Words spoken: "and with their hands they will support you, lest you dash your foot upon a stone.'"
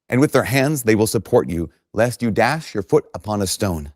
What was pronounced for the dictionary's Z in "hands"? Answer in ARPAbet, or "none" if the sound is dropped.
Z